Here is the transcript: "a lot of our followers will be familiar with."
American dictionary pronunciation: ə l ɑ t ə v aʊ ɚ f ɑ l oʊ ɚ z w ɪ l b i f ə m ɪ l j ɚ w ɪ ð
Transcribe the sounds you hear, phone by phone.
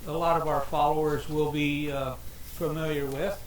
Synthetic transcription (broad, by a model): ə l ɑ t ə v aʊ ɚ f ɑ l oʊ ɚ z w ɪ l b i f ə m ɪ l j ɚ w ɪ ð